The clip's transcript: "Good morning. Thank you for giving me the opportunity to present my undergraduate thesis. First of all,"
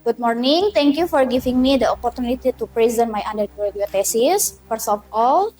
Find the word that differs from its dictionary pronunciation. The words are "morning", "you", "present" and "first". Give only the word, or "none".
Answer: first